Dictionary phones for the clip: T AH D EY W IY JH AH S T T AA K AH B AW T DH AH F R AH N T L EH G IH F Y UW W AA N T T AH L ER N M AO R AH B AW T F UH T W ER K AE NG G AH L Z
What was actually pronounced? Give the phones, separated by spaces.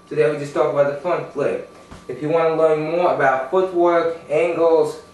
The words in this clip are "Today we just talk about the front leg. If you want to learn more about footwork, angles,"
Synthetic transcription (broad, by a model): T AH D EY W IY JH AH S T T AA K AH B AW T DH AH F AH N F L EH IH F Y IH W AA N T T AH L ER N M AO R AH B AW T F UH T W ER K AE NG G L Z